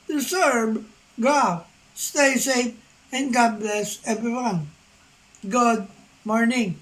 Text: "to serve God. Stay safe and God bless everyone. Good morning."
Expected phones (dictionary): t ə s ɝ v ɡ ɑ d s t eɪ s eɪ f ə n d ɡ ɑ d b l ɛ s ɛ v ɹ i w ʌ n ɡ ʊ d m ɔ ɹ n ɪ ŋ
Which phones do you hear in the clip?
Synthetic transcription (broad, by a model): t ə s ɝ b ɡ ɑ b s t eɪ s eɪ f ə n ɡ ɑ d b l ɛ s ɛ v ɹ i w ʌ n ɡ ʊ d m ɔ ɹ n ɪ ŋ